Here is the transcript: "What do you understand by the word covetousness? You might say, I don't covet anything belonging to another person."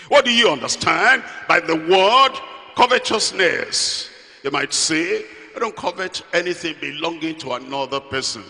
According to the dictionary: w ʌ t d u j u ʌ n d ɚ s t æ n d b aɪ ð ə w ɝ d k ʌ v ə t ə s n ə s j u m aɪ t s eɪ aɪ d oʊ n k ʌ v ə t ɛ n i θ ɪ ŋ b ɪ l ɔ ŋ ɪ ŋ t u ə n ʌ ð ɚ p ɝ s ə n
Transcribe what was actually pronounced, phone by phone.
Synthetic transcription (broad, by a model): w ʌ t d u j u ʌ n d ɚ s t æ n d b aɪ ð ə w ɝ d k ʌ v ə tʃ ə s n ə s j u m aɪ t s eɪ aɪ d oʊ n k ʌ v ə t ɛ n i θ ɪ ŋ b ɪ l ɔ ŋ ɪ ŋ t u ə n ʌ ð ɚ p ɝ s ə n